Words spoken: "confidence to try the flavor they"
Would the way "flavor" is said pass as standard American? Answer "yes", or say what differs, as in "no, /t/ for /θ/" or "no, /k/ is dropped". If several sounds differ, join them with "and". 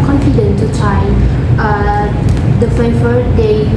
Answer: no, /l/ is dropped and /f/ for /v/